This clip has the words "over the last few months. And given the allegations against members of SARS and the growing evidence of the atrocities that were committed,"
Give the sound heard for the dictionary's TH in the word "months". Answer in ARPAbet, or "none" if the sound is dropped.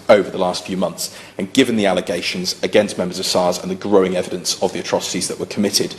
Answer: TH